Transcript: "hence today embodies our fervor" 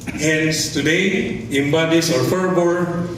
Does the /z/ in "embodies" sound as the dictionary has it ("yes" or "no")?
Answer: no